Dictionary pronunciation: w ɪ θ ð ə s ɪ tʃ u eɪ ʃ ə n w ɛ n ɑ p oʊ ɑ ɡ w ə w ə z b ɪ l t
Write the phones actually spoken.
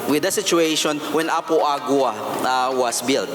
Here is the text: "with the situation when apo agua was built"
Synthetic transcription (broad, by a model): w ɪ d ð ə s ɪ tʃ u eɪ ʃ ə n w ɛ n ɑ p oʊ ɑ ɡ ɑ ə w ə s b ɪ l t